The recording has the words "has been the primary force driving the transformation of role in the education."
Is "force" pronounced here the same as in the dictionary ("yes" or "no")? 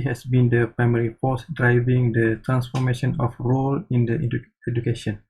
no